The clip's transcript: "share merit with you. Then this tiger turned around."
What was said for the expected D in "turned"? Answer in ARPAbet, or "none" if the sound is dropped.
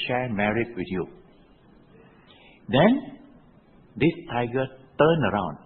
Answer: none